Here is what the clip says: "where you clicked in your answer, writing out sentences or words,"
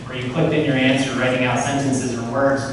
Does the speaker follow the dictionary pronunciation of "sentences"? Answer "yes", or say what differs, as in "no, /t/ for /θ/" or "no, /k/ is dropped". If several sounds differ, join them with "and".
yes